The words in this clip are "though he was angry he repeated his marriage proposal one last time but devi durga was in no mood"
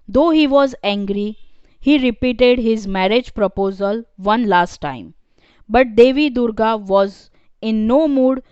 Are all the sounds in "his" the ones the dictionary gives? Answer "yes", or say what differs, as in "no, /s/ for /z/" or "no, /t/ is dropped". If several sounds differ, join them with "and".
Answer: yes